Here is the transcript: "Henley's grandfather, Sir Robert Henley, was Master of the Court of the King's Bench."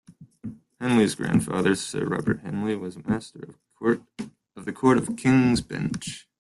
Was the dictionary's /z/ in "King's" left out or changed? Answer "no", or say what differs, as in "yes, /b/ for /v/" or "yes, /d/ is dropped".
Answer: no